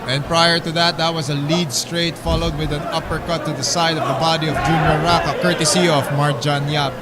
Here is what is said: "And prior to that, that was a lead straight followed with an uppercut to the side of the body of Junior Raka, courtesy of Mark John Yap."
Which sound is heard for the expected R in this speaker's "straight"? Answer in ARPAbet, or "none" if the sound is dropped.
R